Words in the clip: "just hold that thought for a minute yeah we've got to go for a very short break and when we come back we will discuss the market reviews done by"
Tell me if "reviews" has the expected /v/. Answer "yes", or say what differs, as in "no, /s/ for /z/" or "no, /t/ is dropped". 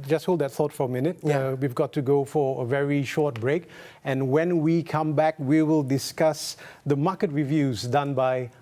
yes